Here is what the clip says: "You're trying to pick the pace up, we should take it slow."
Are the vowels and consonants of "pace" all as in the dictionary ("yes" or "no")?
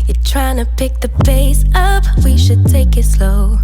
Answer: no